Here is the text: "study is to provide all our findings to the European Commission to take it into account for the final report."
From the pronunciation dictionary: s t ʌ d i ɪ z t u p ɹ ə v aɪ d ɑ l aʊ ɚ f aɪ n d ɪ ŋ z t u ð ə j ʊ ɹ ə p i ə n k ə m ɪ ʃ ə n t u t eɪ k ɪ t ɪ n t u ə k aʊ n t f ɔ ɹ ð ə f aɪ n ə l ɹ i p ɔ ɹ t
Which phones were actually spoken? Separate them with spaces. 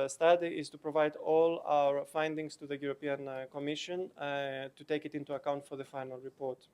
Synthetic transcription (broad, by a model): s t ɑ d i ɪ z t u p ɹ ə v aɪ d ɑ l aʊ ɚ f aɪ n d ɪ ŋ s t u ð ə j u ɹ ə p i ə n k ə m ɪ ʃ ə n t u t eɪ k ɪ t ɪ n t u ə k aʊ n t f ɔ ɹ ð ə f aɪ n ə l ɹ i p ɔ ɹ t